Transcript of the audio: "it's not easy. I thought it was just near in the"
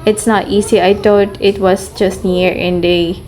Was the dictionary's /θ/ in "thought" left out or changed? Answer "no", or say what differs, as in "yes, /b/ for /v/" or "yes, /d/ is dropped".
yes, /t/ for /θ/